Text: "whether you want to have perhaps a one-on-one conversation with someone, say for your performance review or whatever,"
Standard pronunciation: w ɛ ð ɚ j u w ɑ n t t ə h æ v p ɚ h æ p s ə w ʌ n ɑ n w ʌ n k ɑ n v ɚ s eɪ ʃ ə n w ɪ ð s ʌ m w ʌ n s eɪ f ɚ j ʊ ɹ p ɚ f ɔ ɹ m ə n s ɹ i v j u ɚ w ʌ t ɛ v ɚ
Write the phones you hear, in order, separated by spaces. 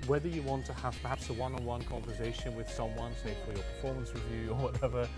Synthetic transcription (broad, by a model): w ɛ ð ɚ j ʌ w ɑ n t t ə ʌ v p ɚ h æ p s ə w ʌ n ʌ w ʌ n k ɑ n v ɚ s eɪ ʃ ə n w ɪ ð s ʌ m w ʌ n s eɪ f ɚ j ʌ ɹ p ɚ f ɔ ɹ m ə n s w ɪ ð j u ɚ w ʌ t ɛ v ɚ